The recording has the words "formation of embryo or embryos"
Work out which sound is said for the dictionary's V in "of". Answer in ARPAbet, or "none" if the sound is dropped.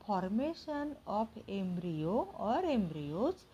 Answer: P